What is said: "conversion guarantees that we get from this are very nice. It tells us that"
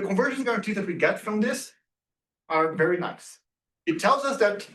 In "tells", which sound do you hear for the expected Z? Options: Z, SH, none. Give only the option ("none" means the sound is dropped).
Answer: Z